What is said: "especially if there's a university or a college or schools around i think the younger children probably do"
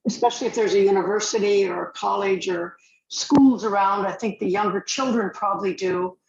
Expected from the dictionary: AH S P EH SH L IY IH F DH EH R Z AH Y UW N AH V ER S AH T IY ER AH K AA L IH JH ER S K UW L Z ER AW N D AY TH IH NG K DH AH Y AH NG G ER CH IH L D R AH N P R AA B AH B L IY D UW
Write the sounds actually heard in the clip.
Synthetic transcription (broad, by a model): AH S P EH SH L IY IH F DH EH R Z AH Y UW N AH V ER S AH T IY ER AH K AA L IH JH ER S K UW L Z ER AW N D AY TH IH NG K DH AH Y AH NG G ER CH IH L D R AH N P R AA B AH B L IY D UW